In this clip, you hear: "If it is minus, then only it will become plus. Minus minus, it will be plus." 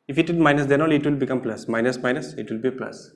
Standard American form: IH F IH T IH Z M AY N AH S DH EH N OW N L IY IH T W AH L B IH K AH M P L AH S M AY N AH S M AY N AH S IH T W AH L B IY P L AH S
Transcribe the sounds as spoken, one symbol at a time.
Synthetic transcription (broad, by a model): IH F IH T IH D M AY N AH S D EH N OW L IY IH T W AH L B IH K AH M P L AH S M AY N AH S M AY N AH S IH T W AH L B IY P L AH S